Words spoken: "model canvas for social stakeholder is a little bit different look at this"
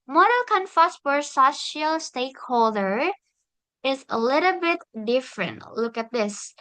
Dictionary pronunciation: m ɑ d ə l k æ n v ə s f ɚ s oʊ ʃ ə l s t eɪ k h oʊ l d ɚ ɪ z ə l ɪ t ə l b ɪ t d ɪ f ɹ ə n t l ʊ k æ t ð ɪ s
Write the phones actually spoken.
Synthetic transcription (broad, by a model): m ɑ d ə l k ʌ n f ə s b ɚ s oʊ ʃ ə l s t eɪ k h oʊ l d ɚ ɪ z ə l ɪ t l b ɪ t d ɪ f ɹ ə n t l ʊ k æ t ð ɪ s